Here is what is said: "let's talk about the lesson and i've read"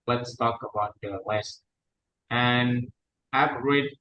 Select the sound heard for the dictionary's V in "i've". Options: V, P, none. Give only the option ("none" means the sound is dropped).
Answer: P